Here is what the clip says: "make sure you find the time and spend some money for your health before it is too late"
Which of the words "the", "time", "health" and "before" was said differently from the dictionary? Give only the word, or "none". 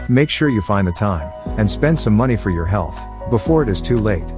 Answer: none